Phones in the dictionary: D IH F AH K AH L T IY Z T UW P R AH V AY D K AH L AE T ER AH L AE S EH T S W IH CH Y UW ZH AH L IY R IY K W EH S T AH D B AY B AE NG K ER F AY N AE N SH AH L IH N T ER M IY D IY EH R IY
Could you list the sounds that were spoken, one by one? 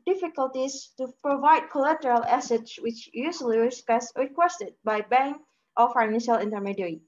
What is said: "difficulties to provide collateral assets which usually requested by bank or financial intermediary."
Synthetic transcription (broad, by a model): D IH F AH K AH L T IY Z T UW P R AH V AY D K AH L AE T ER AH L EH S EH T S W IH CH Y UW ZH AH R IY R IY K W EH S T AH D B AY B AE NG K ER F AY N AE N SH AH L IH N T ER M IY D R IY